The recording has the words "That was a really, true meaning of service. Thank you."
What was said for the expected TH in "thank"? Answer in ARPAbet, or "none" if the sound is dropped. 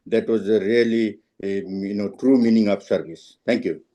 T